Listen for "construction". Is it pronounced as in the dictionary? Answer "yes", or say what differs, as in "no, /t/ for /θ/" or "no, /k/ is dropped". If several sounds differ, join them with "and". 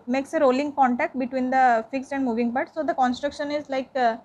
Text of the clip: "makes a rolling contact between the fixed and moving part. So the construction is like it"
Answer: yes